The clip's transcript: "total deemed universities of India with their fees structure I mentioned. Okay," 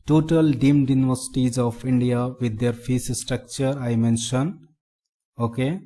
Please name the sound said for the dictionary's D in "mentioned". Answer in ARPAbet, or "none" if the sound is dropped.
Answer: none